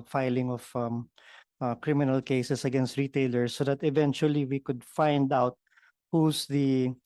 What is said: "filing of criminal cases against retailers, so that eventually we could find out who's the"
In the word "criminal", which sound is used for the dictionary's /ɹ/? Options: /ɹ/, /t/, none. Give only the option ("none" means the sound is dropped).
/ɹ/